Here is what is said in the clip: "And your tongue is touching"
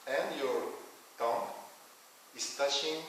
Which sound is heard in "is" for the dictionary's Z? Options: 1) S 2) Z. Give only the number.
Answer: 1